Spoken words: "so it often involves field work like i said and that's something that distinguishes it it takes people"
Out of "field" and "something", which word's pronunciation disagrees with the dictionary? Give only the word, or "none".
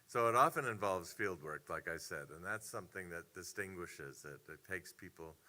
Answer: none